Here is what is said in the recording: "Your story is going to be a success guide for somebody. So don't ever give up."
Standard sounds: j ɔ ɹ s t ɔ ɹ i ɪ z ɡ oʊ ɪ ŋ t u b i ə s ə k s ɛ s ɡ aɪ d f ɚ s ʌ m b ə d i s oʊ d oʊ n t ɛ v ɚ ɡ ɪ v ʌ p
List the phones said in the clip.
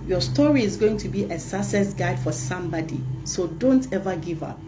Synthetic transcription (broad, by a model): j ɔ s t ɔ ɹ i ɪ z ɡ oʊ ɪ ŋ t u b i ə s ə s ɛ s ɡ aɪ d f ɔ s ʌ m b ə d i s oʊ d oʊ n t ɛ v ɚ ɡ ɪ v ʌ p